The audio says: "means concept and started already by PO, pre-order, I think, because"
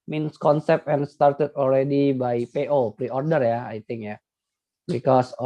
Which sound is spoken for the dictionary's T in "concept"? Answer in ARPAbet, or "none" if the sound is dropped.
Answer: none